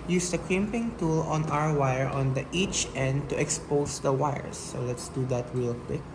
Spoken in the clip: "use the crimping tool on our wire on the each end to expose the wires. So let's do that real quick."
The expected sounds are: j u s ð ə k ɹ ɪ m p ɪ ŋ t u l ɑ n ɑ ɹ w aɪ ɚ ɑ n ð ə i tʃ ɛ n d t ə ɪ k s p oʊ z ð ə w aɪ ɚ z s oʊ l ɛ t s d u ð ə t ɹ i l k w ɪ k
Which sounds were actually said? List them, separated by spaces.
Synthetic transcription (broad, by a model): j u s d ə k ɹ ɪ m p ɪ ŋ t u l ɑ n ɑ w w aɪ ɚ ɑ n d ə i tʃ ɛ n d t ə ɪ k s p oʊ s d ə w aɪ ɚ s oʊ l ɛ t s d u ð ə t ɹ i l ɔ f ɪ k